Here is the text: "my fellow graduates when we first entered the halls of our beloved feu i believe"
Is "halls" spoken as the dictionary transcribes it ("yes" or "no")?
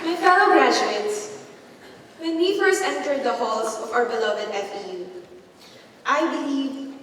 no